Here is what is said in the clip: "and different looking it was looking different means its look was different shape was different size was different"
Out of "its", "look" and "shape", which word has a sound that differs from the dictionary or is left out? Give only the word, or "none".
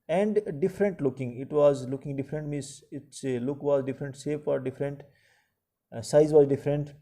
shape